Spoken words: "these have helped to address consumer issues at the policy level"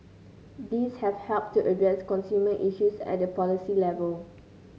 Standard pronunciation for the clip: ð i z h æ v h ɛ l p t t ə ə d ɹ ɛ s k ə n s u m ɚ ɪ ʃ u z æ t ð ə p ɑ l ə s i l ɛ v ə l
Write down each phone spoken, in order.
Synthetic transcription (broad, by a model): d i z h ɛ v h ɛ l p t t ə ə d ɛ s k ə n s u m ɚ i ʃ u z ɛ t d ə p ɑ l ə s i l ɛ v ə l